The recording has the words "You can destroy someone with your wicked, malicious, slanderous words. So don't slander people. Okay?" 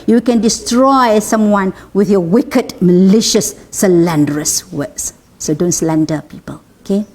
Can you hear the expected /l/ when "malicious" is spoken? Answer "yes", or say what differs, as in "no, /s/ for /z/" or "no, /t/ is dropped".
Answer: yes